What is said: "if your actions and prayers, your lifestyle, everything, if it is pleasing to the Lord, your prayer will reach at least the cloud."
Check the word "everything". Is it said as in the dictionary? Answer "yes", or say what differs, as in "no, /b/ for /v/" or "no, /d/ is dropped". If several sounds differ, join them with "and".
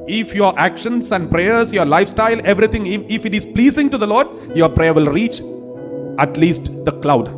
no, /t/ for /θ/